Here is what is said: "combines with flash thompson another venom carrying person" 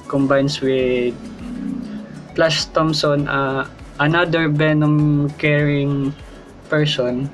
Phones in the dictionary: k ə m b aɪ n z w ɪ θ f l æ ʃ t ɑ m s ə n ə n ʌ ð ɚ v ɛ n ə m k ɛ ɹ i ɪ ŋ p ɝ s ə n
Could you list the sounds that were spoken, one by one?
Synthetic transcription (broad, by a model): k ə m b aɪ n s w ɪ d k l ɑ s t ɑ m s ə n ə n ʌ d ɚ b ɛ n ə m k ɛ ɹ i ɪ ŋ p ɝ s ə n